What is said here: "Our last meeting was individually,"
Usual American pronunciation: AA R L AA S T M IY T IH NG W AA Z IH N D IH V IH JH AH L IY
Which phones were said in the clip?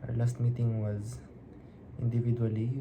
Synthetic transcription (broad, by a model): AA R L AA S T M IY T IH NG W AA Z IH N D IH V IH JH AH L IY